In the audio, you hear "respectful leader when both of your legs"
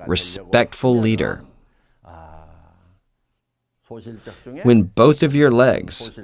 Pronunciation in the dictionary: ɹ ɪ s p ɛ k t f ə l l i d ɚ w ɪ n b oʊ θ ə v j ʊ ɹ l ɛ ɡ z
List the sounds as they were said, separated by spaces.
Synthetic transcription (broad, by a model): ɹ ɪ s p ɛ k t f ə l l i d ɚ w ɪ n b oʊ θ ə v j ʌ ɹ l ɛ ɡ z